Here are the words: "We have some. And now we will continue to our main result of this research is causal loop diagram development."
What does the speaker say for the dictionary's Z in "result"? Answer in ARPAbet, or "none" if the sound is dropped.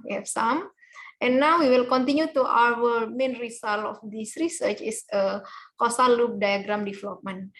S